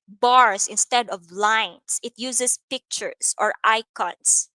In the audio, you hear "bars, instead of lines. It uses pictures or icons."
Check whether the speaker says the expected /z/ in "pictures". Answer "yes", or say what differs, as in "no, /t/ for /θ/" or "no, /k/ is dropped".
no, /s/ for /z/